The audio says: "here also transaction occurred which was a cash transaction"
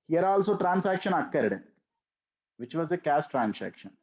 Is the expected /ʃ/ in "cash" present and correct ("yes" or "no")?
no